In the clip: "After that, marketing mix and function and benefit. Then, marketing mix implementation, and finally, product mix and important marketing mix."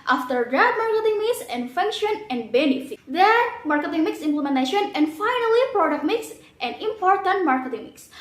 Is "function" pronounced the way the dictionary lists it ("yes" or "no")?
yes